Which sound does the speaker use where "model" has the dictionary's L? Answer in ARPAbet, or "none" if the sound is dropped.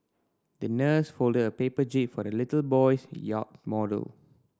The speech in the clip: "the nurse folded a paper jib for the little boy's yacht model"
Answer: L